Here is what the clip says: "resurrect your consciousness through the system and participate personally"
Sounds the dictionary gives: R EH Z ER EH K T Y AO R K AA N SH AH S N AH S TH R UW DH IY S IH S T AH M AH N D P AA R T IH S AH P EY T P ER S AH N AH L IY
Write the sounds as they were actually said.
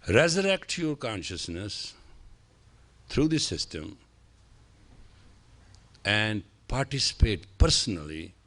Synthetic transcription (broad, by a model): R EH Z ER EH K T Y AO R K AA N SH AH S N AH S T R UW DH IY S IH S T AH M AH N D P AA R T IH S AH P EY T P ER S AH N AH L IY